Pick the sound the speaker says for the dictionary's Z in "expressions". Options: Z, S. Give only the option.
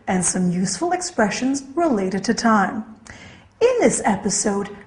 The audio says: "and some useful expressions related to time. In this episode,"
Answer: Z